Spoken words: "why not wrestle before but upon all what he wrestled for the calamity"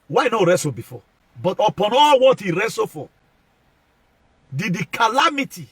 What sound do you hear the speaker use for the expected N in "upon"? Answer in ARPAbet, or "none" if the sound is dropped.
N